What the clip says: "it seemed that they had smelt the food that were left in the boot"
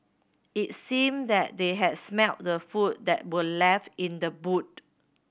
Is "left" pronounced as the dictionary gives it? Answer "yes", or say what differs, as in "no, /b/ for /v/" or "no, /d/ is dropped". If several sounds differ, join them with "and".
no, /t/ is dropped